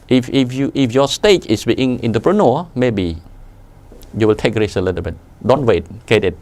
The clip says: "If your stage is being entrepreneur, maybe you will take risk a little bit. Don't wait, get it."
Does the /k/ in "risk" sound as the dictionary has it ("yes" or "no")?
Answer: no